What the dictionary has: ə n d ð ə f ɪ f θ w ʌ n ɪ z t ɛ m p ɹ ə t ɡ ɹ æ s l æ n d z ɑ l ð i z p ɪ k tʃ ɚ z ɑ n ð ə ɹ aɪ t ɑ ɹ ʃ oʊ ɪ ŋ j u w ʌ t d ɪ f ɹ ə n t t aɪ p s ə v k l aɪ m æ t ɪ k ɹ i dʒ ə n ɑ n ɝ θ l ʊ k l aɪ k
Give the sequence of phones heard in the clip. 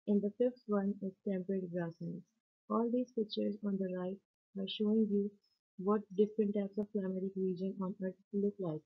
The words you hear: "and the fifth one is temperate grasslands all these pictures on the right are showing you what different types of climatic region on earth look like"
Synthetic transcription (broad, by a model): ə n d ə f ɪ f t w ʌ n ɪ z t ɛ m p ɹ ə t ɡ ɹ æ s ʌ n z ɑ l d i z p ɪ k tʃ ɚ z ɑ n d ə ɹ aɪ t ɑ ɹ ʃ oʊ ɪ ŋ j u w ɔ t d ɪ f ɹ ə n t t aɪ p s ə v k l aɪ m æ t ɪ k ɹ i dʒ ə n ɑ n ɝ t l ʊ k l aɪ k